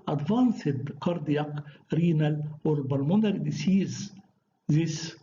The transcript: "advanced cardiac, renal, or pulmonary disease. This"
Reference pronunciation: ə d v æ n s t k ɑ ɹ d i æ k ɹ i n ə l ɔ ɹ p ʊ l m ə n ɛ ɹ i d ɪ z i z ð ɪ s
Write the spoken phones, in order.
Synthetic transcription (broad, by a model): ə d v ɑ n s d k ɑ ɹ d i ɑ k ɹ i n ə l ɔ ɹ b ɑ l m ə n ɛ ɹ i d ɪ s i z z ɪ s